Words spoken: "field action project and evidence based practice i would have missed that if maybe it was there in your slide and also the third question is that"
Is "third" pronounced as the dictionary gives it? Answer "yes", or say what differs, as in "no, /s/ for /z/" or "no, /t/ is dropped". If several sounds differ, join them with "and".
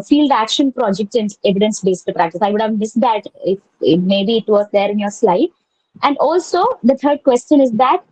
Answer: no, /t/ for /θ/